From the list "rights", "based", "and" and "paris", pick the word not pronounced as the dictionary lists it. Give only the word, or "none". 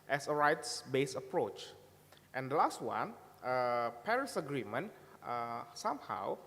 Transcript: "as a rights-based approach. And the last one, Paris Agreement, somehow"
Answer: based